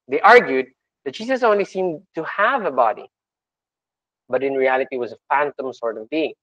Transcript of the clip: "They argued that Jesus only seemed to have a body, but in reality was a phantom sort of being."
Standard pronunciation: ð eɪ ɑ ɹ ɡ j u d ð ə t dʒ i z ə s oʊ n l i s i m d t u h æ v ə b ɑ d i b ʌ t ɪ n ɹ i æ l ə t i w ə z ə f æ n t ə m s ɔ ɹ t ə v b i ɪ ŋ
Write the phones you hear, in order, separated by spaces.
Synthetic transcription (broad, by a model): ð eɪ ɑ ɹ ɡ j u d ð ə t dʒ i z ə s oʊ n l i s i m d t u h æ v ə b ɑ d i b ʌ t ɪ n ɹ i æ l ə t i w ə z ə f æ n t ə m s ɔ ɹ t ə v b i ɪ ŋ